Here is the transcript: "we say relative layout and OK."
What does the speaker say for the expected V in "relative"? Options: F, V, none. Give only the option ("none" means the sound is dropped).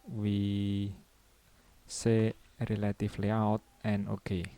F